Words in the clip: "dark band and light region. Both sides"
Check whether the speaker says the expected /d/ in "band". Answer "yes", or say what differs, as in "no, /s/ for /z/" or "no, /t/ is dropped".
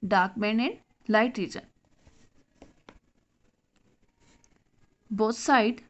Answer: no, /d/ is dropped